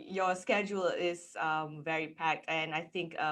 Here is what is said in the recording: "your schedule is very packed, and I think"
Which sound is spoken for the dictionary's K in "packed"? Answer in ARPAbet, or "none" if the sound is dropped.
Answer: K